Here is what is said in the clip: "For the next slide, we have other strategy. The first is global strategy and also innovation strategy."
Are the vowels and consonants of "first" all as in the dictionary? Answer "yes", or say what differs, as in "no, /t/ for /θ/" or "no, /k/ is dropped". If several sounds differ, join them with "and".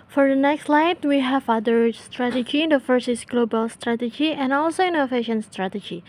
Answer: no, /t/ is dropped